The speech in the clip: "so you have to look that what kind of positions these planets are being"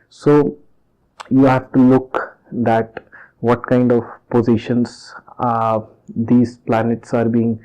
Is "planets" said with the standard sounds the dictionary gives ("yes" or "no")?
yes